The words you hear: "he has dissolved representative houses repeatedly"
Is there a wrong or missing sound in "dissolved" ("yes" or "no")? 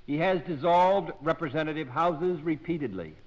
no